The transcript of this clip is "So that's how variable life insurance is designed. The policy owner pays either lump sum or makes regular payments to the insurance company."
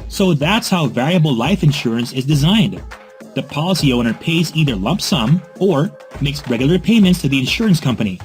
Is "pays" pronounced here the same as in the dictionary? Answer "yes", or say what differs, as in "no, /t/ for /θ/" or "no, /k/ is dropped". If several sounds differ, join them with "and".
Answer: yes